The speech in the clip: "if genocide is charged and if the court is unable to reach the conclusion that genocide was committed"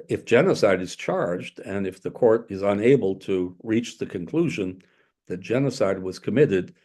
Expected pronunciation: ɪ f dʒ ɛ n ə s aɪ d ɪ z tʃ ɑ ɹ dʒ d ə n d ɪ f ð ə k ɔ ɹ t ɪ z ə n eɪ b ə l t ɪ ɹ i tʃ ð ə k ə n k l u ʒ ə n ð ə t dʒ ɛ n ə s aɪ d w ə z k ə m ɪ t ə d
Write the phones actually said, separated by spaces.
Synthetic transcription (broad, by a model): ɪ f dʒ ɛ n ə s aɪ d ɪ z tʃ ɑ ɹ dʒ d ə n ɪ f ð ə k ɔ ɹ t ɪ z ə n eɪ b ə l t ɪ ɹ i tʃ ð ə k ə n k l u ʒ ə n ð ə t dʒ ɛ n ə s aɪ d w ə z k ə m ɪ t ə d